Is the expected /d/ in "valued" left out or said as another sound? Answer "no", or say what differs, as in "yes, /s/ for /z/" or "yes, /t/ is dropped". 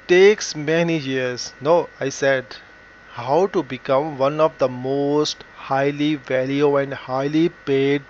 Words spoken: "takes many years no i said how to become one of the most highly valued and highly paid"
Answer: yes, /d/ is dropped